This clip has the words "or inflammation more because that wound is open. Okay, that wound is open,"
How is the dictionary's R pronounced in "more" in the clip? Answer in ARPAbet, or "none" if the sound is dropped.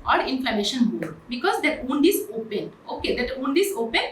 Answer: L